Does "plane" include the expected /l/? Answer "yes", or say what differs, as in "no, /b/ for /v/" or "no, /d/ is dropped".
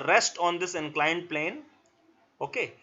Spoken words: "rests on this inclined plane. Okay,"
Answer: yes